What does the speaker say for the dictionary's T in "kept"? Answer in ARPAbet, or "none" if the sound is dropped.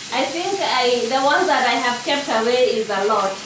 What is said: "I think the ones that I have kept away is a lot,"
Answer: T